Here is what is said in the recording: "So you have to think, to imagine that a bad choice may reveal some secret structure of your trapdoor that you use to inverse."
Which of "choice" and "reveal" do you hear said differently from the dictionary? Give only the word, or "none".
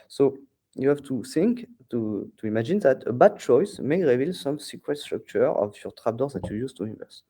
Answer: none